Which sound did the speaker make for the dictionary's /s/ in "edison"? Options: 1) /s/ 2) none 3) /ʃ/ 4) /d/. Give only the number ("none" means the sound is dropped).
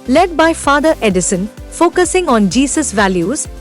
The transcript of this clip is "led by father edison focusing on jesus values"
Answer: 1